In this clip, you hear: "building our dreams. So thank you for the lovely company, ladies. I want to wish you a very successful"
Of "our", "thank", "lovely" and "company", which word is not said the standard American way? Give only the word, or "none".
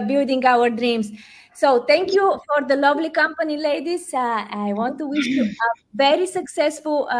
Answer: thank